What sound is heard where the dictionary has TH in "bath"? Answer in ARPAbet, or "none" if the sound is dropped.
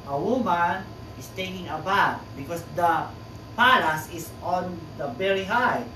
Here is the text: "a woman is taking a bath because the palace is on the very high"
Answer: T